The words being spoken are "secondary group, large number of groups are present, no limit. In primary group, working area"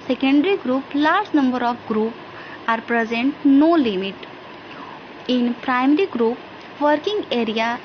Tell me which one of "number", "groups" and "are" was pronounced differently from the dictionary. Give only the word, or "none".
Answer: groups